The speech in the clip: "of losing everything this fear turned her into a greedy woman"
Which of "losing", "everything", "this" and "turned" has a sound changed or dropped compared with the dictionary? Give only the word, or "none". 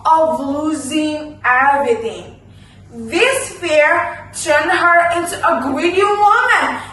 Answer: everything